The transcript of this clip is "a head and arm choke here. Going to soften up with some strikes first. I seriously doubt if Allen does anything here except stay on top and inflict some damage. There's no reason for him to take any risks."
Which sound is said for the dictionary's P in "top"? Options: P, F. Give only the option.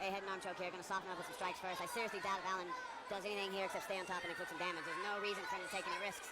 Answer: P